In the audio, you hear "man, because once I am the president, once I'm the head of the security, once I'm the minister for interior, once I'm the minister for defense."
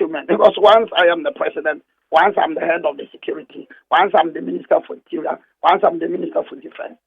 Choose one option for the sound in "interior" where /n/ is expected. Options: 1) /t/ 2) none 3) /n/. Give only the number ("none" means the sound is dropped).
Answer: 2